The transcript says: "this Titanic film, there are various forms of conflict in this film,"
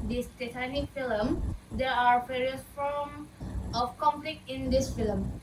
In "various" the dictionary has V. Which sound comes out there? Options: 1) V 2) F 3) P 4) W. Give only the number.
3